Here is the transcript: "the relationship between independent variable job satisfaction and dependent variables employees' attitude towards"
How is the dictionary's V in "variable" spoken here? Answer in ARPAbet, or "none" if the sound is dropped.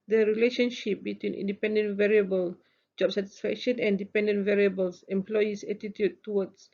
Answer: V